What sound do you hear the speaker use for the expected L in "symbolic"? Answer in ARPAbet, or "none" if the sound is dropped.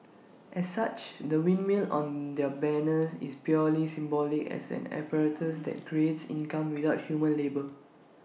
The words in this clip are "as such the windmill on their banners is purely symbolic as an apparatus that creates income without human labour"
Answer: L